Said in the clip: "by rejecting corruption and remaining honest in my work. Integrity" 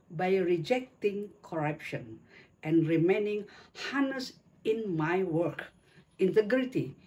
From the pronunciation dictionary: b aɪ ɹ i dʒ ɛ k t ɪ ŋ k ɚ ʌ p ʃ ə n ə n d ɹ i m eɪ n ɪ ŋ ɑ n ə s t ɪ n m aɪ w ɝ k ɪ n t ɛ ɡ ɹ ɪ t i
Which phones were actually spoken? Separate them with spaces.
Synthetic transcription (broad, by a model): b aɪ ɹ i dʒ ɛ k t ɪ ŋ k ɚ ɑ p ʃ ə n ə n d ɹ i m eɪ n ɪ ŋ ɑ n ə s ɪ n m aɪ w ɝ k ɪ n t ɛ ɡ ɹ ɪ t i